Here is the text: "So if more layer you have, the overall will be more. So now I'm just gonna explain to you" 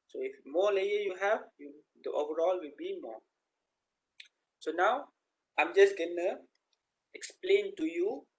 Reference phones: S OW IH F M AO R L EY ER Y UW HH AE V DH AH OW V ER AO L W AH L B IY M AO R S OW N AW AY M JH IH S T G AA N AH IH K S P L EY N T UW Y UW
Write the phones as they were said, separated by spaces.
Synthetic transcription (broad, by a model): S OW IH F M AO L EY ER Y UW HH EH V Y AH OW V ER AO L W AH L B IY M AO S OW N AW AY M JH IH S G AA N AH IH K S P L EY N T UW Y UW